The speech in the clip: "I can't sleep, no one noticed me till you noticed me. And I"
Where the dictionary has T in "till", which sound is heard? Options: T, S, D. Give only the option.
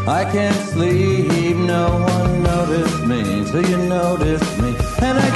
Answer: S